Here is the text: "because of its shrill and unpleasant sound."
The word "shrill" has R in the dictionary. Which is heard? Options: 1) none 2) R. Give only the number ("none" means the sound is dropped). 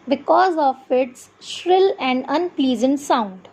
2